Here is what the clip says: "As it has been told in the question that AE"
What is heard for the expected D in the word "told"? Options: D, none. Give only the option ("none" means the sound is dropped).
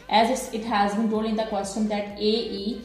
none